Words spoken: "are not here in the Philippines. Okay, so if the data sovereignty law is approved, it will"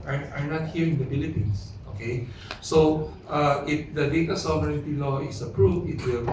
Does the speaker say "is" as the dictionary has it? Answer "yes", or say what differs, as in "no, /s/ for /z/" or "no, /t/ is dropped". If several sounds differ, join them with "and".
no, /s/ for /z/